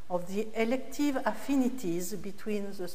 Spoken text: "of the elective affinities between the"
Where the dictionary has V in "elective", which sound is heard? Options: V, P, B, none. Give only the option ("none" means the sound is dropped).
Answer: V